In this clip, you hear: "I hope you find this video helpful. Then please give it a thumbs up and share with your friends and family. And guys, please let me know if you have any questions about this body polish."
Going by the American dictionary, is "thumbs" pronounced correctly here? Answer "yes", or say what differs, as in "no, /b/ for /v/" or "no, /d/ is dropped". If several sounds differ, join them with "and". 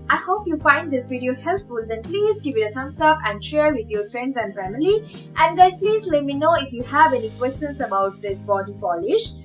no, /t/ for /θ/